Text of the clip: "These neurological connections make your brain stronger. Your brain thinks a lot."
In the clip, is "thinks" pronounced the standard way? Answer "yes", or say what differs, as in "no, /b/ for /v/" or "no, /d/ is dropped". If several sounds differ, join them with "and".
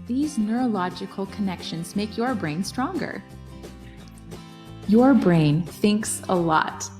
yes